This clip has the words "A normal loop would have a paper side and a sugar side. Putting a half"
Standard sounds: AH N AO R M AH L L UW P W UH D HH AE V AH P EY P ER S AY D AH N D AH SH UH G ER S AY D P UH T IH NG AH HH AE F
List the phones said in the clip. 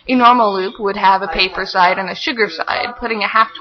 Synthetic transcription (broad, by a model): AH N AO R M L L UW P W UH D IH V AH P EY P ER S AY D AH N AH SH UH G ER S AY D P UH T IH NG AH HH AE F